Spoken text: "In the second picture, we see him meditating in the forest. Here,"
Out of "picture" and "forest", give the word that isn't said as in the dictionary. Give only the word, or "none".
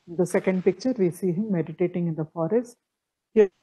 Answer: none